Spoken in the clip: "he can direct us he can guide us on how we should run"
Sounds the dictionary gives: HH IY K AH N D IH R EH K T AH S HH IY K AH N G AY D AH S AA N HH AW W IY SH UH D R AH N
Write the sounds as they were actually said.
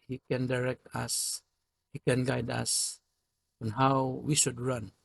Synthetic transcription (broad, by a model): HH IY K AH N D IH R EH K T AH S HH IY K AH N G AY D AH S AA N HH AW W IY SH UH D R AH N